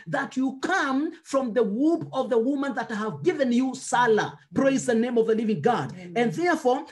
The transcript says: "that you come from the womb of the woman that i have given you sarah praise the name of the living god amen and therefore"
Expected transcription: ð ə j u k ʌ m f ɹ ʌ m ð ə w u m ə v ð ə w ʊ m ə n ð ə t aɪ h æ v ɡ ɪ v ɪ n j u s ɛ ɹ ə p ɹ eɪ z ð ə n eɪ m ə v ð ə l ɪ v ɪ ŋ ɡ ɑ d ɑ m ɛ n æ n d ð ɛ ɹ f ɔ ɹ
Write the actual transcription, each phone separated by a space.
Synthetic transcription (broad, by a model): ð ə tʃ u k ʌ m f ɹ ʌ m ð ə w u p ə v ð ə w ʊ m ə n ð ə t h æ v ɡ ɪ v ɪ n j u s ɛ l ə p ɹ eɪ z ð ə n eɪ m ə v ð ə l ɪ v ɪ ŋ ɡ ɑ d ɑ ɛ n n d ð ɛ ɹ f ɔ ɹ